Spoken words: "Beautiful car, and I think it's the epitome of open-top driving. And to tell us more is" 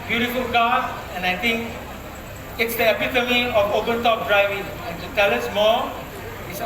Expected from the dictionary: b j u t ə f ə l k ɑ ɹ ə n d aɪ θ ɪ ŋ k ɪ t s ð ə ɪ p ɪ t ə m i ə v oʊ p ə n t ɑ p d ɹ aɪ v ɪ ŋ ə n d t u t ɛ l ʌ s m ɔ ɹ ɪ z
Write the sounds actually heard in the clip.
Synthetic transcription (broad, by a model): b j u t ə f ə l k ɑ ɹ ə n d aɪ t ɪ ŋ k ɪ t s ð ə ɪ p ɪ t ə m i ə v oʊ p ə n t ɑ p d ɹ aɪ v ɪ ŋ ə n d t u t ɛ l ʌ s m ɔ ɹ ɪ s